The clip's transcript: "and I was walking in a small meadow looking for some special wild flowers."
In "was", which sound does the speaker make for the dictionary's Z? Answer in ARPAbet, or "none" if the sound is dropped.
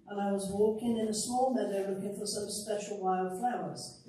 Z